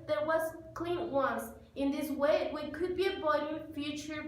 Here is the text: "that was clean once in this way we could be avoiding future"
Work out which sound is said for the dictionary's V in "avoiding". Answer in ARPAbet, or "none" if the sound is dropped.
B